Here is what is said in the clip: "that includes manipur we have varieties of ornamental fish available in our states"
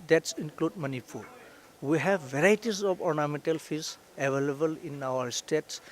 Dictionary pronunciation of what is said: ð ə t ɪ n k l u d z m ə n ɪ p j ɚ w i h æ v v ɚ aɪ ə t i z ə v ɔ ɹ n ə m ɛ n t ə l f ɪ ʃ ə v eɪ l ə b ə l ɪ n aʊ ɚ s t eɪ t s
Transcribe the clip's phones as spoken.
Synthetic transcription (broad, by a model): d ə t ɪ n k l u d m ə n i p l w i h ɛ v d aɪ t i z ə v ɔ ɹ n ə m ɛ n t ə l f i s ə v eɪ l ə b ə l ɪ n aʊ ɚ s t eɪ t s